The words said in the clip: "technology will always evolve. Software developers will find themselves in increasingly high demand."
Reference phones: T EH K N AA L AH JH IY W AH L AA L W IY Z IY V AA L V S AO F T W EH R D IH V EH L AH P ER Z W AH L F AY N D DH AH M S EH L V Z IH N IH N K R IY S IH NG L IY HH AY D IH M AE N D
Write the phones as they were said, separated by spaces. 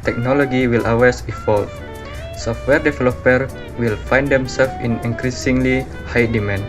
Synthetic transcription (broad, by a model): T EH K N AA L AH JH IY W AH L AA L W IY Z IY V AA L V S AO F T W EH R D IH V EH L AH P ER W AH L F AY N D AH M S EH L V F IH N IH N K R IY S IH NG L IY HH AY D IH M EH N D